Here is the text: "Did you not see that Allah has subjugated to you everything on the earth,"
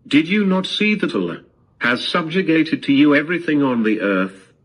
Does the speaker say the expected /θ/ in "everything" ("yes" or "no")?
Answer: yes